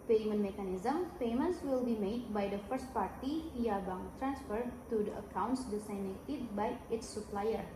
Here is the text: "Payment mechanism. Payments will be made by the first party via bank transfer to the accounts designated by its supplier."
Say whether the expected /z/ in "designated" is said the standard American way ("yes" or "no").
no